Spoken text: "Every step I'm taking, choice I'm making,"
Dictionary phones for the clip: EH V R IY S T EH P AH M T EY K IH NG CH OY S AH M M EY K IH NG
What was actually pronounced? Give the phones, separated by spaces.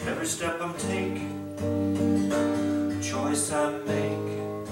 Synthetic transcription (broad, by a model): EH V R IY S T EH P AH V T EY IH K CH OY S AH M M EY IH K